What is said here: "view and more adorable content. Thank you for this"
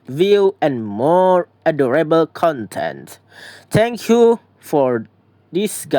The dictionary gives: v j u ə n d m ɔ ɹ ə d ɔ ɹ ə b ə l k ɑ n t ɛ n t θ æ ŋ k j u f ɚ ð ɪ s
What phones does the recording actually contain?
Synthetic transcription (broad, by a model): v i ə n m ɔ ɹ ə d ɔ ɹ ə b ə l k ɑ n t ɛ n t t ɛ ŋ k j u f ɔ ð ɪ s